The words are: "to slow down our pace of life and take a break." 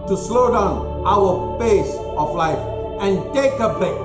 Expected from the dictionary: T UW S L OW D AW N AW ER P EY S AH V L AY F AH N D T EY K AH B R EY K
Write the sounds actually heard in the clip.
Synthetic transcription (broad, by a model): T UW S L OW D AW N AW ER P EY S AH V L AY F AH N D T EY K AH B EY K